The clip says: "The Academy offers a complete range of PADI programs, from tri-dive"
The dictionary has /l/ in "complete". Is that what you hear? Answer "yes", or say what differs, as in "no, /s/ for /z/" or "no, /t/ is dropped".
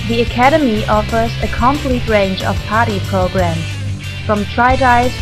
yes